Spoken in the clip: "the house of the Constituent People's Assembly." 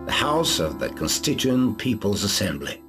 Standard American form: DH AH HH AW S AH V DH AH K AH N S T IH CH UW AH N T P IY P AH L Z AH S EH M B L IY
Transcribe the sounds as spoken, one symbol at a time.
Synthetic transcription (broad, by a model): DH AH HH AW S AH V DH AH K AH N S T IH CH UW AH N P IY P AH L Z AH S EH M B L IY